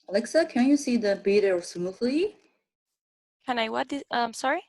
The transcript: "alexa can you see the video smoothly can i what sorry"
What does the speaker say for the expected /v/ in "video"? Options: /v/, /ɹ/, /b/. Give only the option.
/b/